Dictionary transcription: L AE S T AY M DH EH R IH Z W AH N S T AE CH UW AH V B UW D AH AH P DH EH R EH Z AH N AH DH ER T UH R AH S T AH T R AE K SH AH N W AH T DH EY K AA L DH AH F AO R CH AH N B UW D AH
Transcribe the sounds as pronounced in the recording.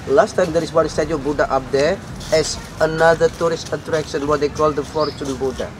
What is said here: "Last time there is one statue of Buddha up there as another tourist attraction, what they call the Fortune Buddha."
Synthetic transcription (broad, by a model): L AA S T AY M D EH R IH S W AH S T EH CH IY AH B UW D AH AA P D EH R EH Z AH N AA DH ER T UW R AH S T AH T R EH K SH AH N W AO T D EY K AA L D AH F AO R CH AH N B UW D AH